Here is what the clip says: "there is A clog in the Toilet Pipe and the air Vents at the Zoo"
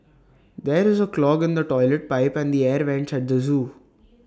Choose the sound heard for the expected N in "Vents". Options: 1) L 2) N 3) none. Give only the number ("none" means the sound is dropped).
2